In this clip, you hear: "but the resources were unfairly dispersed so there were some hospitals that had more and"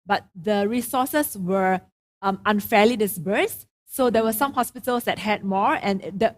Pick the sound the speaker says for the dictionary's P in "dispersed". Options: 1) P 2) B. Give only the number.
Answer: 2